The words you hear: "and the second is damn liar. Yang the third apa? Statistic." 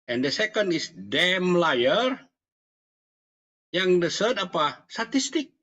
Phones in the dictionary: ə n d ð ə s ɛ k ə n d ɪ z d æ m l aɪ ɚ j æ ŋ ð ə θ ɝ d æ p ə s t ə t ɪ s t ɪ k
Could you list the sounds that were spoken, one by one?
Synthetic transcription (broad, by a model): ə n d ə s ɛ k ə n d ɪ s d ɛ m l aɪ ɚ j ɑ ŋ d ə s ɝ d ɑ p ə s t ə t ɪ s t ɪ k